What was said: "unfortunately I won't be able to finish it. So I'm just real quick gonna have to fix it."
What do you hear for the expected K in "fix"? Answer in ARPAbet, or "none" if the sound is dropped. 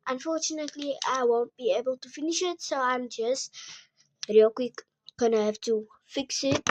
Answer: K